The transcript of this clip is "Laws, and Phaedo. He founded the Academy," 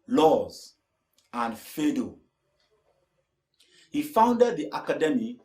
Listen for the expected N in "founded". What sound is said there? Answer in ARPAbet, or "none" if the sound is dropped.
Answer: N